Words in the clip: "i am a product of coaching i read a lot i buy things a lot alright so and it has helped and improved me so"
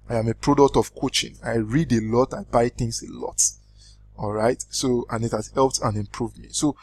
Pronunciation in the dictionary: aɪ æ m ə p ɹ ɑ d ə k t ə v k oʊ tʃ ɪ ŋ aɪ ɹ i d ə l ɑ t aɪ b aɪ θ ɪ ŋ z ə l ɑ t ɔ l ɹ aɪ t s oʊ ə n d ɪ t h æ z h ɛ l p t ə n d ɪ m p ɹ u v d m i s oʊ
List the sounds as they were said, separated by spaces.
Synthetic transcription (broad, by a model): aɪ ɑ m ə p ɹ ɑ d ə k t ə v k oʊ tʃ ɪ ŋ aɪ ɹ i d ə l ɑ t aɪ b aɪ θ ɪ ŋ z ə l ɑ t ɔ l ɹ aɪ t s oʊ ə n ɪ t h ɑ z h ɛ l p t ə n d ɪ m p ɹ u v d m i s oʊ